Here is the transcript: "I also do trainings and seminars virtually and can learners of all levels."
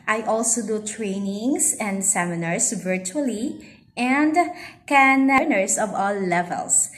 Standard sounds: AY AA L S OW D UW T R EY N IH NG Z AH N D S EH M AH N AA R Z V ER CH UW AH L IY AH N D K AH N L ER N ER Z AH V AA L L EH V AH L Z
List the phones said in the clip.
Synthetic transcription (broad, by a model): AY AA L S OW D UW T R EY N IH NG S AH N D S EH M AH N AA R S V ER CH UW AH L IY AH N D K AH N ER N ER S AH V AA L L EH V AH L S